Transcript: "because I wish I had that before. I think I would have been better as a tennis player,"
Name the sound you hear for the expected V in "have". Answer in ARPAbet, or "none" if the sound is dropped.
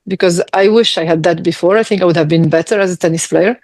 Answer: V